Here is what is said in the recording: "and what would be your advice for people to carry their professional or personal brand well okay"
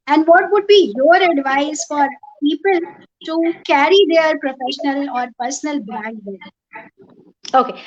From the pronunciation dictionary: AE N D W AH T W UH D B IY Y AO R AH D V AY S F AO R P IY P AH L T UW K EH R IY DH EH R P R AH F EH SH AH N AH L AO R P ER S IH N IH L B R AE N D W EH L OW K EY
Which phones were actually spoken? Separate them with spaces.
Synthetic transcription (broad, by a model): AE N D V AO T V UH D B IY Y AO R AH D V AY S F AO R P IY P AH L T UW K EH R IY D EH R P R AH F EH SH AH N AH L AO R P ER S IH N IH L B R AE D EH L OW K EY